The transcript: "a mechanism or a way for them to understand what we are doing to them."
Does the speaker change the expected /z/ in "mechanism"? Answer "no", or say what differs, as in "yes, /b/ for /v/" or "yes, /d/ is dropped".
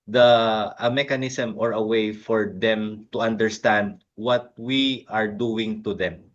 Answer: yes, /s/ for /z/